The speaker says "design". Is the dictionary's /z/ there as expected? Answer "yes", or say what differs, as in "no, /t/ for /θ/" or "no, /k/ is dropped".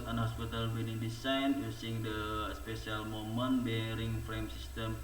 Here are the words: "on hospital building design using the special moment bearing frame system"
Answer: no, /s/ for /z/